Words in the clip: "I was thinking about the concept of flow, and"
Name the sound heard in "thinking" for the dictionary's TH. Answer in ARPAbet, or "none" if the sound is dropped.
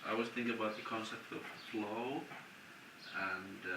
TH